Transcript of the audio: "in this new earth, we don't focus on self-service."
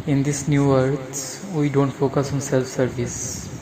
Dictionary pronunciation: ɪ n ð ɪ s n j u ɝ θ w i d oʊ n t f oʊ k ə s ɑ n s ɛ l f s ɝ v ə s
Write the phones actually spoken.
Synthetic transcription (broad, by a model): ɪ n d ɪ s n j u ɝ s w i d oʊ n t f oʊ k ə s ɑ n s ɛ l f s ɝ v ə s